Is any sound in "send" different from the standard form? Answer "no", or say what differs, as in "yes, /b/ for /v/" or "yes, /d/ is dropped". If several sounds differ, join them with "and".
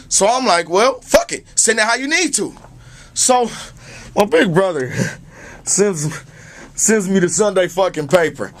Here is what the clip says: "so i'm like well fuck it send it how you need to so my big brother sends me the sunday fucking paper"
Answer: yes, /d/ is dropped